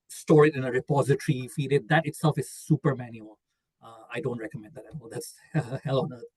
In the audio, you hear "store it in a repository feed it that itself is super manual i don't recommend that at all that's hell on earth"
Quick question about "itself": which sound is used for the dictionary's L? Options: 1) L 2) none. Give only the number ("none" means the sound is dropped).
1